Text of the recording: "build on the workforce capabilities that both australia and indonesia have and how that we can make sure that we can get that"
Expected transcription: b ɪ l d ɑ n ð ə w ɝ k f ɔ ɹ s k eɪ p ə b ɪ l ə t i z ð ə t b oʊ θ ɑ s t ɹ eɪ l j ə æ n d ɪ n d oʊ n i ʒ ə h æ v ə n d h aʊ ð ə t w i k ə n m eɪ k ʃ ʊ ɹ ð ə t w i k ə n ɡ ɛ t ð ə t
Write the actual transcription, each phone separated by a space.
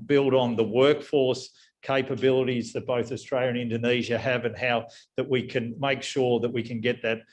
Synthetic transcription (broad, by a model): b ɪ l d n ð ə w ɝ k f ɔ ɹ s k eɪ p ə b ɪ l ə t i z ð ə t b oʊ θ ɑ s t ɹ eɪ l j ə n ɪ n d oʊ n i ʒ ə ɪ v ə n h aʊ ð ə t w i k ə n m eɪ k ʃ ʊ ɹ ð ə t w i k ə n ɡ ɛ t ð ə t